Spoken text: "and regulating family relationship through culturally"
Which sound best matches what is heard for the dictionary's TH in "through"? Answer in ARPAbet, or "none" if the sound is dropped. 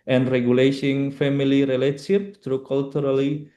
T